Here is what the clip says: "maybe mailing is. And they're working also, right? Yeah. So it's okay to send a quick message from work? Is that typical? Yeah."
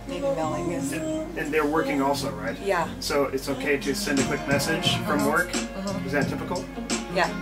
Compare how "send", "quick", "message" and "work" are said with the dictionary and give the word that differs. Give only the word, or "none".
none